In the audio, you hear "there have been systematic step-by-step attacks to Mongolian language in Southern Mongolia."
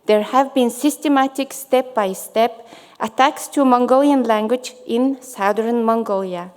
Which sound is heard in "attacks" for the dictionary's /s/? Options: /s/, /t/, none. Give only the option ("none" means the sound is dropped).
/s/